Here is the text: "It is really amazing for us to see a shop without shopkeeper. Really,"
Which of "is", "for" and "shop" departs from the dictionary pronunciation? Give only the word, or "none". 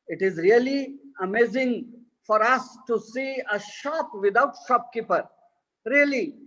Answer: none